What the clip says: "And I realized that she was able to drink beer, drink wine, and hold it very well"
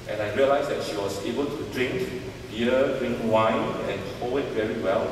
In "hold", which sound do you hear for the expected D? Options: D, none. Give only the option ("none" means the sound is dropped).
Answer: none